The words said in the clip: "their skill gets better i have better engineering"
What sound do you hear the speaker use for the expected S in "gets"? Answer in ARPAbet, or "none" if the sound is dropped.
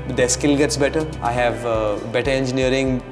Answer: S